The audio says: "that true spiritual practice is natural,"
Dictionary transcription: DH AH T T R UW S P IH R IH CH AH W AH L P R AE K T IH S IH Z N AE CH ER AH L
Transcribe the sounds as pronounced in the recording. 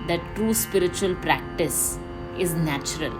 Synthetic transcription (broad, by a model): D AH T T R UW S P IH R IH CH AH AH L P R AE K T IH S IH Z N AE CH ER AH L